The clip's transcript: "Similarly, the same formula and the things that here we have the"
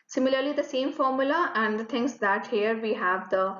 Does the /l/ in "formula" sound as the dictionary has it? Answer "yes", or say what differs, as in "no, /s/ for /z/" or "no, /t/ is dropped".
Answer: yes